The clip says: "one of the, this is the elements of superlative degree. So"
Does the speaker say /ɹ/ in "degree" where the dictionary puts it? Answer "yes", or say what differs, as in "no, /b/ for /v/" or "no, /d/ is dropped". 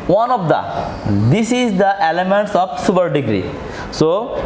yes